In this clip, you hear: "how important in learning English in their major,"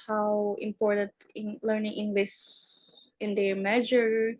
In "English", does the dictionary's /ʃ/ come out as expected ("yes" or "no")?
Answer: no